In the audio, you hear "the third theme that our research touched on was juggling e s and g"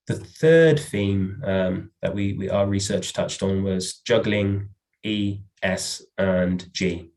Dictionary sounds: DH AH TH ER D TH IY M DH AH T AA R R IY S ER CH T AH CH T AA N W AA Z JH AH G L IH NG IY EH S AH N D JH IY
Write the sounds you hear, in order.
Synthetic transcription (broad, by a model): DH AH TH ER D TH IY M DH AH T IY W R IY S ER CH T AH CH T N W AA Z JH AH G L IH NG IY EH S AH N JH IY